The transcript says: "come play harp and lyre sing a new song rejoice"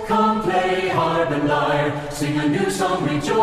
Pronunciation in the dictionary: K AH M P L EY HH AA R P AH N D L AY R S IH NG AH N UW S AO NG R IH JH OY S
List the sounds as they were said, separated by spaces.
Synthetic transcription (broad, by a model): K AH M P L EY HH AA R B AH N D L AY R S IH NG AH N UW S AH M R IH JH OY